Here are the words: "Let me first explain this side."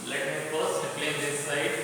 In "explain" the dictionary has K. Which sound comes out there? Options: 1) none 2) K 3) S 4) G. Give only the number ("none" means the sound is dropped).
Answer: 1